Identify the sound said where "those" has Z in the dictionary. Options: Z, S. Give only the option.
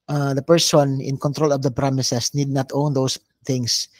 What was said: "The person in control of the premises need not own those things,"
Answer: S